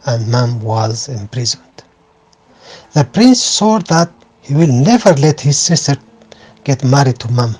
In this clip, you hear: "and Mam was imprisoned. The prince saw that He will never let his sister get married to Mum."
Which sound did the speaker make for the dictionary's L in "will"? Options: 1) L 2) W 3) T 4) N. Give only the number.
1